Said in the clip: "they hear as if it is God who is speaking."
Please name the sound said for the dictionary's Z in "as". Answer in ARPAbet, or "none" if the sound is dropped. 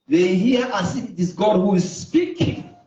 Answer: S